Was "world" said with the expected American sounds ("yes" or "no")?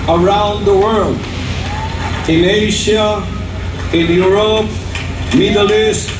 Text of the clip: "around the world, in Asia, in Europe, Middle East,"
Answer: yes